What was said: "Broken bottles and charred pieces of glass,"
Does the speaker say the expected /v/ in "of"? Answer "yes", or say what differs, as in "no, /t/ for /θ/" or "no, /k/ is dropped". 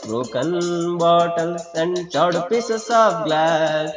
no, /p/ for /v/